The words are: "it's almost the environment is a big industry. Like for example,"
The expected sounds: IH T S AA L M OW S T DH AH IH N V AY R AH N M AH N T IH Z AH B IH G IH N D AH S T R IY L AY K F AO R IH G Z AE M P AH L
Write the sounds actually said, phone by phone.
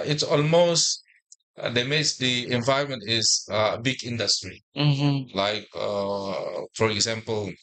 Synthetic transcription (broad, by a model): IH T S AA L M OW S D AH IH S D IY AH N M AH N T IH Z AH B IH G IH N D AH S T R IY L AY K F AO R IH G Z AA M P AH L